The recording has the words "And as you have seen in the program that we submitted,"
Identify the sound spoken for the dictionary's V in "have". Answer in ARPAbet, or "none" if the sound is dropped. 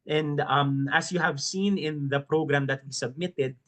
V